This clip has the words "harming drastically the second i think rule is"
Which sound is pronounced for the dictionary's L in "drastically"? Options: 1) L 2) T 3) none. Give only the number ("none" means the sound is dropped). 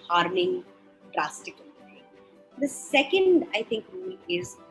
3